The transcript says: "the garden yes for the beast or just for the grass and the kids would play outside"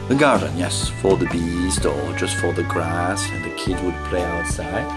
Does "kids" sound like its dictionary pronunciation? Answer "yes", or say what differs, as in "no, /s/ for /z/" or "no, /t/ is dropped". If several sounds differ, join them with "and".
no, /z/ is dropped